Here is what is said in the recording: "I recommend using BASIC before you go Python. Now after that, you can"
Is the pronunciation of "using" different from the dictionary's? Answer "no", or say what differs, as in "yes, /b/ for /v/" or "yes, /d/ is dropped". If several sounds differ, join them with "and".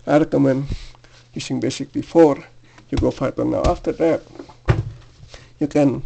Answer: yes, /s/ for /z/